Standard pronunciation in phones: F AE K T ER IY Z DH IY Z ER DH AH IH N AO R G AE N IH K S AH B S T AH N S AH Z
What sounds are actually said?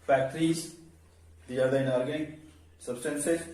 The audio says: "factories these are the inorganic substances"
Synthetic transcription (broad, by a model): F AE K T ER IY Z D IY ER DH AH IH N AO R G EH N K S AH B S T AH N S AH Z